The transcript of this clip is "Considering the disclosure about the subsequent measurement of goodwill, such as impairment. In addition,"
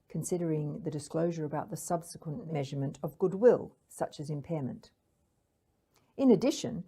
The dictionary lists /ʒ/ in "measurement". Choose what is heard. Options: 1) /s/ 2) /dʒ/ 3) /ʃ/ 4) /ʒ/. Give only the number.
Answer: 4